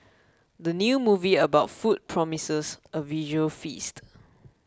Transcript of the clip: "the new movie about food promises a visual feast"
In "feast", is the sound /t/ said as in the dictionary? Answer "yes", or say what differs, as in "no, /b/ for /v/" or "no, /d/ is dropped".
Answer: yes